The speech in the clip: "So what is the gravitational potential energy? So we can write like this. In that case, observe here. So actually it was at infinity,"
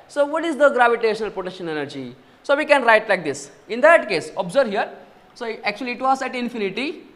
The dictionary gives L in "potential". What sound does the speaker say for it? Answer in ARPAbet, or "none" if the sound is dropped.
N